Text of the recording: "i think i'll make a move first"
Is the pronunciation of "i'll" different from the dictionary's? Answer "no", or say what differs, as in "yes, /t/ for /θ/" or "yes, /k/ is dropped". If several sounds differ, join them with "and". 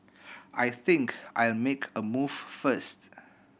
no